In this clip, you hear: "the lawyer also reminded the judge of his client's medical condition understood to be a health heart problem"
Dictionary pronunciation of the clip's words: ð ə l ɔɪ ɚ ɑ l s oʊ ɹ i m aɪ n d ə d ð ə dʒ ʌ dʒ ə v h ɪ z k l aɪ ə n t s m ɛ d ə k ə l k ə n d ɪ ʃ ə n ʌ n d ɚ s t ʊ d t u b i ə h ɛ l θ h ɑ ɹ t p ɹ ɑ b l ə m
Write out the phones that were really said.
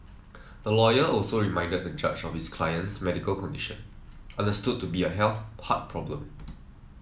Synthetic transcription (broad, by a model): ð ə l ɔɪ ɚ ɑ l s oʊ ɹ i m aɪ n d ə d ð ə dʒ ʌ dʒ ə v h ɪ s k l aɪ ə n t s m ɛ d ə k ə l k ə n d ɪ ʃ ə n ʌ n d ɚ s t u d t u b i ə h ɛ l θ h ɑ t p ɹ ɑ b l ə m